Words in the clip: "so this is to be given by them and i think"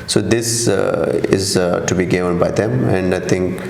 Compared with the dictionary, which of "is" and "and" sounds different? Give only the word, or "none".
none